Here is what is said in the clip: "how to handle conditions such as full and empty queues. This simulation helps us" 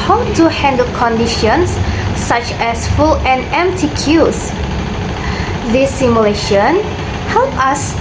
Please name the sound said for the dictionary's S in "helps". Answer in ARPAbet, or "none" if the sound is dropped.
none